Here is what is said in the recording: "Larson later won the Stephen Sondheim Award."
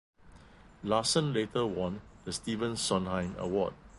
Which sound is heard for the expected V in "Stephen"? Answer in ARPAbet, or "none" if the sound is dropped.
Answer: V